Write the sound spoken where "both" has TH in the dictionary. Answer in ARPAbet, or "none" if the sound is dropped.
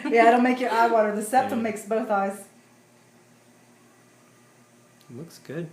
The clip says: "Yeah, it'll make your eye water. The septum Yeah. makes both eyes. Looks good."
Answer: TH